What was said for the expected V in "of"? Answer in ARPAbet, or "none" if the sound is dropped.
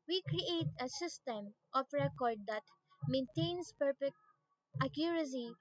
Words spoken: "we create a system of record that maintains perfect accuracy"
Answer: P